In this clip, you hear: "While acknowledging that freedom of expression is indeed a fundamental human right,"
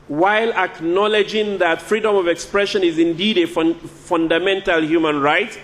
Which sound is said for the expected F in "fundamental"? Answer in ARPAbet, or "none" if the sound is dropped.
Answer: F